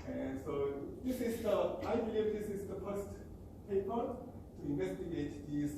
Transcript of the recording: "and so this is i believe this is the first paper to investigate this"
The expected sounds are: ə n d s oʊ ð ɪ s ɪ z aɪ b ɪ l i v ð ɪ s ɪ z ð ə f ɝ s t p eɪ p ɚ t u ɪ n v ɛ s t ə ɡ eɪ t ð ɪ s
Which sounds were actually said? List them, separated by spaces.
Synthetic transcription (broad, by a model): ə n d s oʊ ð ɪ s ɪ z aɪ b ɪ l i v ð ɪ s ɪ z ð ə p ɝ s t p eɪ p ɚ t u ɪ n v ɛ s t ə ɡ eɪ t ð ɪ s